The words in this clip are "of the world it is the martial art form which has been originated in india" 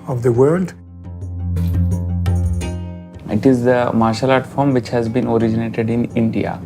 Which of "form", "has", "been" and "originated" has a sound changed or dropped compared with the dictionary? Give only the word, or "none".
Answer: none